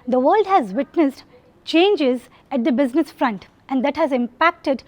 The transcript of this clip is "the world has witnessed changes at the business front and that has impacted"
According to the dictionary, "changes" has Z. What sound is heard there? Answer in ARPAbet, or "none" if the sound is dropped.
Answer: Z